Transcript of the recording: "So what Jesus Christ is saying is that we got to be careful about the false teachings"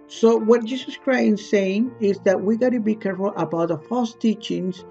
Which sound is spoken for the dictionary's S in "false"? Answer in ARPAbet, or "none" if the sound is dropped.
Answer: S